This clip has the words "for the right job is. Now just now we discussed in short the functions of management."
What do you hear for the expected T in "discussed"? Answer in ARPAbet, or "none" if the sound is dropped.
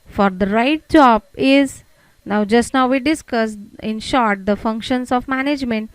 none